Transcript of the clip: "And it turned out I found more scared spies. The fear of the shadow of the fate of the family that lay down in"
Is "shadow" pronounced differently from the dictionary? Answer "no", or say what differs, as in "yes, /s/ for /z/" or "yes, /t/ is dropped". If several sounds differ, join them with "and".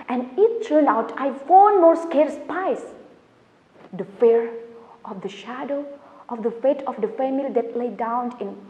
no